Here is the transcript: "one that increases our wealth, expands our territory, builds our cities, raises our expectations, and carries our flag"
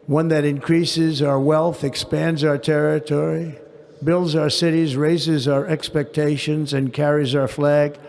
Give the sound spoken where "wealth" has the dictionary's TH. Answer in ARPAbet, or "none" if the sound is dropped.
TH